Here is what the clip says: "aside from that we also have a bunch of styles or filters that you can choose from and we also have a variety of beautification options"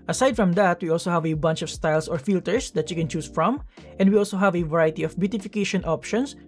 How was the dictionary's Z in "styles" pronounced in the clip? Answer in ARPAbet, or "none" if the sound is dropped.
S